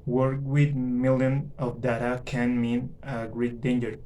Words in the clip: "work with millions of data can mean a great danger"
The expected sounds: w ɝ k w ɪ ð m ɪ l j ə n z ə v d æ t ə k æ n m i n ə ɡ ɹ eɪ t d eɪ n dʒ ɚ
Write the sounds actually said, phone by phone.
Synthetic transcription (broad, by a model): w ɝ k w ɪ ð m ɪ l j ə n ə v d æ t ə k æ n m i n ə ɡ ɹ eɪ t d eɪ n dʒ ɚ